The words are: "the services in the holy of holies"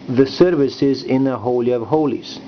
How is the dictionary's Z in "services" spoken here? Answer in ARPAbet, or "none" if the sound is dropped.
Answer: Z